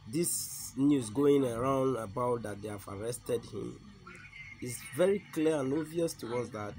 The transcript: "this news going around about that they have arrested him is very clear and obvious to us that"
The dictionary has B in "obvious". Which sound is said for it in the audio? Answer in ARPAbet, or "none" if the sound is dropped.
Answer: none